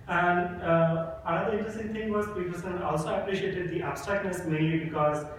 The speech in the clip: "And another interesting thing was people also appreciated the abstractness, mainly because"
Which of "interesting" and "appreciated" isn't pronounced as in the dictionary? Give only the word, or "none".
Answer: none